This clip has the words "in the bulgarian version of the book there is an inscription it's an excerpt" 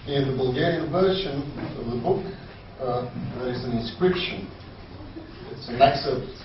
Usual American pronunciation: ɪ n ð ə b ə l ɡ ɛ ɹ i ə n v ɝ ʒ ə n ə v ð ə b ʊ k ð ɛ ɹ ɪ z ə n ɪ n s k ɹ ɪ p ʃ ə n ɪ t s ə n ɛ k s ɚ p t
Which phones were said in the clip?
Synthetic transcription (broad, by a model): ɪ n ð ə b ə l ɡ ɛ ɹ i ə n v ɝ ʃ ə n ə v ð ə b ʊ k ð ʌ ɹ ɪ z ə n ɪ n s k ɹ ɪ p ʃ ə n ɪ t s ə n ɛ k s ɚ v